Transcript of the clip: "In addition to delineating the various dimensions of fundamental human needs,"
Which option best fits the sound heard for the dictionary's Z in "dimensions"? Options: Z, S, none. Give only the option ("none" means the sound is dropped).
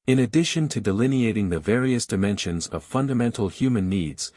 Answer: Z